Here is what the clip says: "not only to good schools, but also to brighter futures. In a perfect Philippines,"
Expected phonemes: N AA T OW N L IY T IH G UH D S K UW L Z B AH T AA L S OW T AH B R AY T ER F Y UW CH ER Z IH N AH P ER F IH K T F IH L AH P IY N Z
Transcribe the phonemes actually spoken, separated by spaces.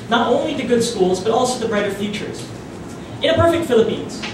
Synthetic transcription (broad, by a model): N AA T OW N L IY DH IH G UH D S K UW L Z B AH T AA L S OW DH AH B R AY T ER F Y UW CH ER Z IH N AH P ER F IH K T F IH L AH P IY N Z